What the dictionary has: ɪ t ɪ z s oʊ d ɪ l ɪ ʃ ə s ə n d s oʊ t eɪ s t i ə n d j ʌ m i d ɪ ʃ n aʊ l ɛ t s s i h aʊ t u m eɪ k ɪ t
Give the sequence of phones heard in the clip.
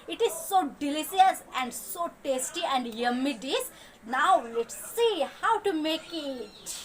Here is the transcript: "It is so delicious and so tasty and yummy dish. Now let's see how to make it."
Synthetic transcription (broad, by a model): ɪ t ɪ z s oʊ d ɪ l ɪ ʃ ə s ə n d s oʊ t eɪ s t i ə n d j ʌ m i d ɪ s n aʊ l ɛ t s s i h aʊ t u m eɪ k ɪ t